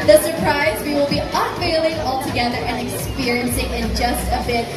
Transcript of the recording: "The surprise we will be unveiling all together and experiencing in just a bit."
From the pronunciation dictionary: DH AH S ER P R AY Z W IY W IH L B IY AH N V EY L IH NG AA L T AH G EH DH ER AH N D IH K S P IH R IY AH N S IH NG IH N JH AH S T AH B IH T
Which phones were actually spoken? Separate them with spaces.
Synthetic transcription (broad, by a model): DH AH S ER P R AY Z W IY W IH L B IY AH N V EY L IH NG AA L T AH G EH DH ER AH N IH K S P IH R IY AH N S IH NG IH N JH AH S T AH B IH T